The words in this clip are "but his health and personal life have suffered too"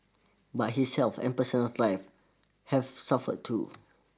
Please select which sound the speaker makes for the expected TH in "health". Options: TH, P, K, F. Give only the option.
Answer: F